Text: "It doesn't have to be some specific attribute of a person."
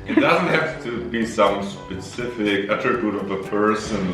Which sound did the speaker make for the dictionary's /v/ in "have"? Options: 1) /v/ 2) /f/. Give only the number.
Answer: 2